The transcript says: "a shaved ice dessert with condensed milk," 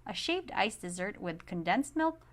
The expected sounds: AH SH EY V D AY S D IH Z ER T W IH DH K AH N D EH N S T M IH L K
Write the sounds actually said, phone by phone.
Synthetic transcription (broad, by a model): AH SH EY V D AY S D IH Z ER T W IH DH K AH N D EH N S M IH L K